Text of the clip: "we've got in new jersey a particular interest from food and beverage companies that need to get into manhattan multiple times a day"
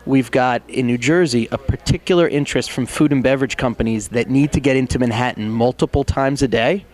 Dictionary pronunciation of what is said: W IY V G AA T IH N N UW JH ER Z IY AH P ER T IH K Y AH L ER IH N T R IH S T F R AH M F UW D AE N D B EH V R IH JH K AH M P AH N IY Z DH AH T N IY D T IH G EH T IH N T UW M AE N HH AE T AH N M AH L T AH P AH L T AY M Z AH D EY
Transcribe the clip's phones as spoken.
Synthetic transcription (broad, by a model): W IY V G AA T IH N N UW JH ER Z IY AH P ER T IH K Y L ER IH N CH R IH S T F R AH M F UW D N B EH V R IH JH K AH M P AH N IY Z DH AH T N IY D T IH G EH T IH N T UW M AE N HH AE T N M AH L T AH P L T AY M Z AH D EY